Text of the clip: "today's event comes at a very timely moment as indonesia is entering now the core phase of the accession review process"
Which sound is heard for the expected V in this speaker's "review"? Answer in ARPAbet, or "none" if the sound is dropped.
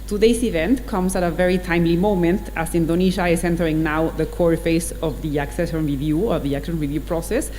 V